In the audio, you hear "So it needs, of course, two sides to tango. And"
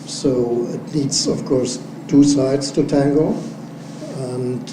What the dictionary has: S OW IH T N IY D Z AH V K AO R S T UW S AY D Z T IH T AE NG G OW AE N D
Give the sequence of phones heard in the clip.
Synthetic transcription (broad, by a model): S OW IH T L IY D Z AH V K AO R S T UW S AY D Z T IH T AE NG G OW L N